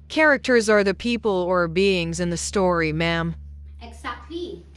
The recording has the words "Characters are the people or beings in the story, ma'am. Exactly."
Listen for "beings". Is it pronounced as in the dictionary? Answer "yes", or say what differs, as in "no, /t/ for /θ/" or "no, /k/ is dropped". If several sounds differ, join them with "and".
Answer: yes